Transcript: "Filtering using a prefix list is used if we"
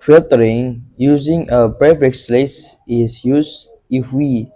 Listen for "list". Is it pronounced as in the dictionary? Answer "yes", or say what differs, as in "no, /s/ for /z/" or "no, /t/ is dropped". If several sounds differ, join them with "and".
no, /t/ is dropped